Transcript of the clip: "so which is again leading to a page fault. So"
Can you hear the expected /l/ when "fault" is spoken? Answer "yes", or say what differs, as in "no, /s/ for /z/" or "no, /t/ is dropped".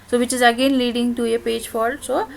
no, /l/ is dropped